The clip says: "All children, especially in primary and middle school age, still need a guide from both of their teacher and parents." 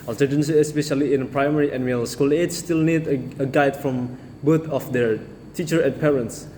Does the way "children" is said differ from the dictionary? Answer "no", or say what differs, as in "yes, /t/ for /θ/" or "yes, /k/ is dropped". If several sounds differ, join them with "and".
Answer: yes, /n/ is dropped